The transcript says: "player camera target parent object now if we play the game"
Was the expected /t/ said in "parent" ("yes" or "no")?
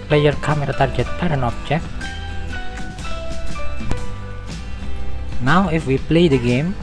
no